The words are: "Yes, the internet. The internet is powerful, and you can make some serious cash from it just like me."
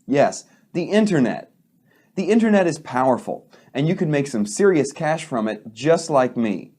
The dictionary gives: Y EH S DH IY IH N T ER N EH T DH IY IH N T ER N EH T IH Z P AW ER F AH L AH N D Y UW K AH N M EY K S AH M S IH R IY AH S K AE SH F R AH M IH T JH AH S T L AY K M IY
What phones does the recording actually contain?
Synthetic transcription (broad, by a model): Y EH S DH IY IH N T ER N EH T DH IY IH N T ER N EH T IH Z P AW ER F L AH N Y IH K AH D M EY K S AH M S IH R IY AH S K AE SH F R AH M IH T JH AH S T L AY K M IY